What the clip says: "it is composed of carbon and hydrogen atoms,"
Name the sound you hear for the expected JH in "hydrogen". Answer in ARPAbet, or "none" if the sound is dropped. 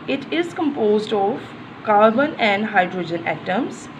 JH